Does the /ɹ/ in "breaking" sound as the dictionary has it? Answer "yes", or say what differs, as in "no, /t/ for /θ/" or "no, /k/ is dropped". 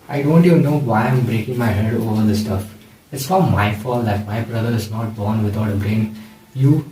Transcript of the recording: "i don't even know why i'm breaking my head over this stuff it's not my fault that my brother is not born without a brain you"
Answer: yes